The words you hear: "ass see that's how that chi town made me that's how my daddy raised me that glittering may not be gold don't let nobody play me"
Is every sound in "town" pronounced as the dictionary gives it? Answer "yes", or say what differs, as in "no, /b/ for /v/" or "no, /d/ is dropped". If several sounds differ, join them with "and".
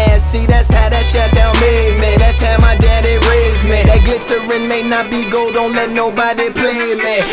no, /l/ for /n/